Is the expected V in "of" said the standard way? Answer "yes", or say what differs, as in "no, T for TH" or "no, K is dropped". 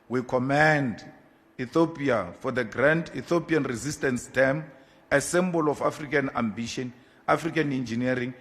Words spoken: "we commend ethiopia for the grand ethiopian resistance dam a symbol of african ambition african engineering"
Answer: no, F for V